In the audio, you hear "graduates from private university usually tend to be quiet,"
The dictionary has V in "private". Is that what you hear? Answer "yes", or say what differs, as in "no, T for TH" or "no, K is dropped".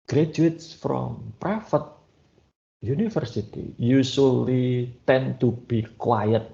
no, F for V